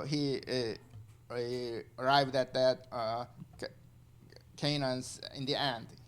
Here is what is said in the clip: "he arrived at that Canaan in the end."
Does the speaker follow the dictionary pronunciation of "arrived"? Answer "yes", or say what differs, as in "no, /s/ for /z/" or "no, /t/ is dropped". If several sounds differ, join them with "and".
yes